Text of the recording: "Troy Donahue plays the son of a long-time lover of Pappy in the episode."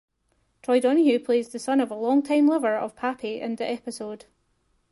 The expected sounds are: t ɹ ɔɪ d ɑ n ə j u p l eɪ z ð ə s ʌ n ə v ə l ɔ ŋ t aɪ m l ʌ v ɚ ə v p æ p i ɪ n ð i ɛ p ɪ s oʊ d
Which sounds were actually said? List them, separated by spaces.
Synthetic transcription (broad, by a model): t ɹ ɔɪ d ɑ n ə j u p l eɪ z ð ə s ʌ n ə v ə l ɔ ŋ t aɪ m l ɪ v ɚ ə v p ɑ p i ɪ n ð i ɛ p ɪ s oʊ d